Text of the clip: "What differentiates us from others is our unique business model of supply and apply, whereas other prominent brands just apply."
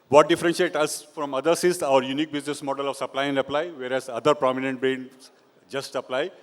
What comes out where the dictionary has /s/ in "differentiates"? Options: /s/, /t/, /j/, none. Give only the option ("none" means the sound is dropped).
none